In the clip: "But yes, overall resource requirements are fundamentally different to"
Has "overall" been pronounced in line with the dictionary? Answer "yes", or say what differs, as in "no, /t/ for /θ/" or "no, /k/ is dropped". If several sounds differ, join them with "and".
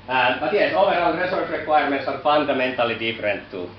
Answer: no, /n/ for /l/